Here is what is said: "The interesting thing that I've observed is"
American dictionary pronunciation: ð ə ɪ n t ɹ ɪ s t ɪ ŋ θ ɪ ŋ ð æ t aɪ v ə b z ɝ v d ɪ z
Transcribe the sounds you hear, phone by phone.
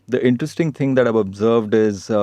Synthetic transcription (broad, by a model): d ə ɪ n t ɹ ɪ s t ɪ ŋ t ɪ ŋ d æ t aɪ v ə b z ɝ v d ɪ z